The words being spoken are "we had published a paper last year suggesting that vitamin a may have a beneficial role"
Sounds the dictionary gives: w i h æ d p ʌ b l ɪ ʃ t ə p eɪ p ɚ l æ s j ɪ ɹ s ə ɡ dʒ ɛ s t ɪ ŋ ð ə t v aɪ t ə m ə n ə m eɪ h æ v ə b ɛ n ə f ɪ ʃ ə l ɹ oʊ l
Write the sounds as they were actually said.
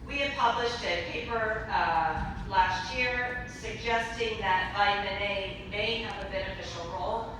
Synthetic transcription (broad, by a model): w i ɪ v p ʌ b l ɪ ʃ t ə p eɪ p ɚ l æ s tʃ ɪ ɹ s ə ɡ dʒ ɛ s t ɪ ŋ ð ə t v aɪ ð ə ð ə ə m eɪ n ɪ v ə b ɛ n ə f ɪ ʃ l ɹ oʊ l